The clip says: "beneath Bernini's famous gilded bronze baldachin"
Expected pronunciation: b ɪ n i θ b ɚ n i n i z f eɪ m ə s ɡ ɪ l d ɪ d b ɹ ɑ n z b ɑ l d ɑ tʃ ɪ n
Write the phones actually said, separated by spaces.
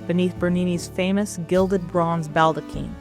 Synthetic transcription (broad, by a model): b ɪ n i θ b ɚ n i n i z f eɪ m ə s ɡ ɪ l d ɪ d b ɹ ɑ n z b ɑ l d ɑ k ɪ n